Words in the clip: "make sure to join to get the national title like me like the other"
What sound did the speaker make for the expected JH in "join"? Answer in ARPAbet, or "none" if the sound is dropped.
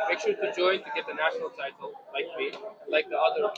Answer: JH